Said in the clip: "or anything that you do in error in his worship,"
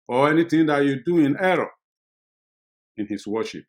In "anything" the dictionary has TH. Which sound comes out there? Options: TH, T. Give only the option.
T